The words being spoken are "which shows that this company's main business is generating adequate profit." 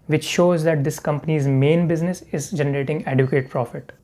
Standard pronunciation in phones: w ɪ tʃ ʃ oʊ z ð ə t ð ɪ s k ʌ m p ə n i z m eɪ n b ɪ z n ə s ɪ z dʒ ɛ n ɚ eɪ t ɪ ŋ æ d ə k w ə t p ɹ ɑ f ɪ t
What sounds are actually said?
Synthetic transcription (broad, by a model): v ɪ tʃ ʃ oʊ z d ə t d ɪ s k ʌ m p ə n i z m eɪ n b ɪ z n ə s ɪ z dʒ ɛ n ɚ eɪ t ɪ ŋ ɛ d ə k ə t p ɹ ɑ f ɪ t